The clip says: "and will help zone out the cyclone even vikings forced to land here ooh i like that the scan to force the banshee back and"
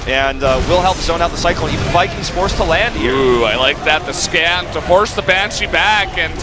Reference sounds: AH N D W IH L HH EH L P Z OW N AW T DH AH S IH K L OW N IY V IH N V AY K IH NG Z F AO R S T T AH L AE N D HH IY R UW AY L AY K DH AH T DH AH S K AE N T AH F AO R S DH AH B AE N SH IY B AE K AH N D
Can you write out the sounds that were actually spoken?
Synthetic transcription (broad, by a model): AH N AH W IH L HH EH L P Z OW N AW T DH AH S IH K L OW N IY V IH N F AY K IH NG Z F AO R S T T AH L AE N D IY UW AY L AY K DH AH T DH AH S K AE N T AH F AO R S DH AH B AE N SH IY B AE K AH N